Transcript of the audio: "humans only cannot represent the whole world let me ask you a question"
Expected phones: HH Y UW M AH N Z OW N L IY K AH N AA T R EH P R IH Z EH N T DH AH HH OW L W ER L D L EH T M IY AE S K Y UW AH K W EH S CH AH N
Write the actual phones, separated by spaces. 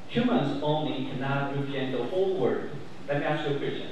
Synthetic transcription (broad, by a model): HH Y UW M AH N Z OW N L IY K AH N AA T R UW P IH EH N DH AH HH OW L W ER D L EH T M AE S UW AH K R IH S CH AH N